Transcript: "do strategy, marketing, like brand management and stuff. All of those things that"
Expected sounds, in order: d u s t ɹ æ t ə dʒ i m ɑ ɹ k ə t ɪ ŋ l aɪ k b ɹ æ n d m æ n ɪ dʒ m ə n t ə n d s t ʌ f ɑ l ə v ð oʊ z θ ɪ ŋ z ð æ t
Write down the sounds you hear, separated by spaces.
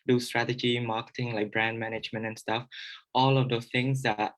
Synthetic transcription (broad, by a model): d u s t ɹ æ t ə dʒ i m ɑ k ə t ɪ ŋ l aɪ k b ɹ æ n d m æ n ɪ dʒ m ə n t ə n s t ʌ f ɑ l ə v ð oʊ θ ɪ ŋ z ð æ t